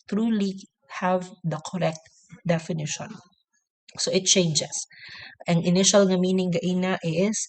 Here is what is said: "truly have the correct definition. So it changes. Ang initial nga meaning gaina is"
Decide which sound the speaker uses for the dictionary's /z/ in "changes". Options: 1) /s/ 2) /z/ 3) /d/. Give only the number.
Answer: 1